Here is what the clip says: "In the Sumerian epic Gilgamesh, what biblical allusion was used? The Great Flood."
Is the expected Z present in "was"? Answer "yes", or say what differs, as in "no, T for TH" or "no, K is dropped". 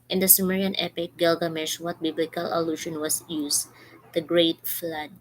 no, S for Z